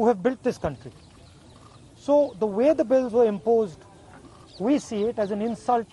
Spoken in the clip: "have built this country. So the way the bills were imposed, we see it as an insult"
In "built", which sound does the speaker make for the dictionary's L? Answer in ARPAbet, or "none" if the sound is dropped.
L